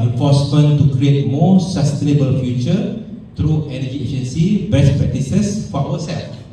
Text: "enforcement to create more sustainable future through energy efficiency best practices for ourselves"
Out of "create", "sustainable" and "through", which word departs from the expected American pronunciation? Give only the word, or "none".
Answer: through